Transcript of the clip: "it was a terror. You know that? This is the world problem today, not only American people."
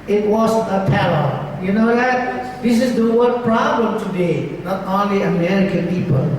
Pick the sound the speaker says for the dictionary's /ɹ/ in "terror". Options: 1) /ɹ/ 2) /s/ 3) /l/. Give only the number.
3